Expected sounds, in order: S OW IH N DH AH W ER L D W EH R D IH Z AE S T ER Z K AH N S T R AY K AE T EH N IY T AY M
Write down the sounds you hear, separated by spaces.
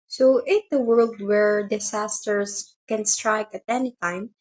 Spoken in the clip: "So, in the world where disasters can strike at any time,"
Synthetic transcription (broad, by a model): S OW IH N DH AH W ER L D W EH R D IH S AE S T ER S K AH N S T R AY K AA T EH N IY T AY M